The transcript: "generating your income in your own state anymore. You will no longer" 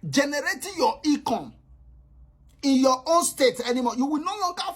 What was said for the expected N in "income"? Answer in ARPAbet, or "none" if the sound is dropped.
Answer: none